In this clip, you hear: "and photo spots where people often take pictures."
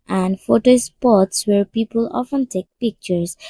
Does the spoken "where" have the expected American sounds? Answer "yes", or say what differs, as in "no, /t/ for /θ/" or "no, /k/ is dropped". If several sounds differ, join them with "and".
yes